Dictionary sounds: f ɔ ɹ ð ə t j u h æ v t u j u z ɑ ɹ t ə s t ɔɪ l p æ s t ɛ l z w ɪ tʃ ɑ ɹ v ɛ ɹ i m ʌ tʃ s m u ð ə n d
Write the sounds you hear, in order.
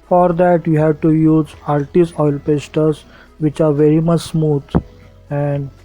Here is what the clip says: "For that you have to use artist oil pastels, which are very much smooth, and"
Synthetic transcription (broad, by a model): f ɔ ɹ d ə t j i h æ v t u j u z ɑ l t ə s ɔɪ l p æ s t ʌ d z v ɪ tʃ ɑ ɹ v ɛ ɹ i m ʌ tʃ s m u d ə n d